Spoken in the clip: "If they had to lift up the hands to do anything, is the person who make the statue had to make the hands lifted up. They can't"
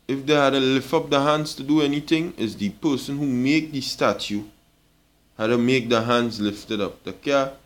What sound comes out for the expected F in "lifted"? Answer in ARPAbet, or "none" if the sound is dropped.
F